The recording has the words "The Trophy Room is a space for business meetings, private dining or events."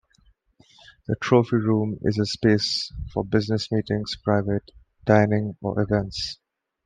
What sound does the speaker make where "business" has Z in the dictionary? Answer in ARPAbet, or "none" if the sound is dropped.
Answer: Z